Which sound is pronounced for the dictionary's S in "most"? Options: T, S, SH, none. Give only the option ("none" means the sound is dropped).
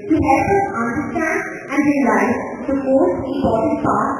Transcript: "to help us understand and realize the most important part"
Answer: none